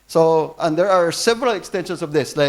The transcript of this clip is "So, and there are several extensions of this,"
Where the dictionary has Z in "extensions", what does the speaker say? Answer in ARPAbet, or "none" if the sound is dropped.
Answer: S